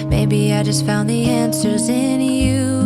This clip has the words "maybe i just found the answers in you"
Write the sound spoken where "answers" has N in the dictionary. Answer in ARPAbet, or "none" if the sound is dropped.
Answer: N